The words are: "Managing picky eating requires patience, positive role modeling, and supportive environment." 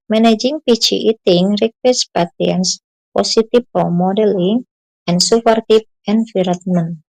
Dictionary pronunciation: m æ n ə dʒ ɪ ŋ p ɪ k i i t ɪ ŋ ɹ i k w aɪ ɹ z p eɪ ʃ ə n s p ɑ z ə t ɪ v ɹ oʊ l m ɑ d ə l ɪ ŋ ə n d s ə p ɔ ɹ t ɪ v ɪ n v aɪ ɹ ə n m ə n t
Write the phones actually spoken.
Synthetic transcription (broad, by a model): m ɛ n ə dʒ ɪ ŋ p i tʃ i i t ɪ ŋ ɹ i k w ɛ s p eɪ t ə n s p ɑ s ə t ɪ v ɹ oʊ m ɑ d ə l ɪ ŋ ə n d s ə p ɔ ɹ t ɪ p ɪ n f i ɹ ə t m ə n